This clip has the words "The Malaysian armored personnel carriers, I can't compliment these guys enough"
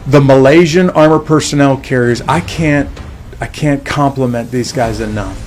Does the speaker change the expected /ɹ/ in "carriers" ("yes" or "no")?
no